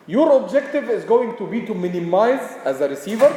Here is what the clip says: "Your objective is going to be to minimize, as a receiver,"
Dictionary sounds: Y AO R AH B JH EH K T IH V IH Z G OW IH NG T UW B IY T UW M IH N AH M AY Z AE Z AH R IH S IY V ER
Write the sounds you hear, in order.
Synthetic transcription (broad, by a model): Y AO R AH B JH EH K T IH V IH Z G OW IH NG T UW B IY T UW M IH N AH M AY Z AE Z AH R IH S IY V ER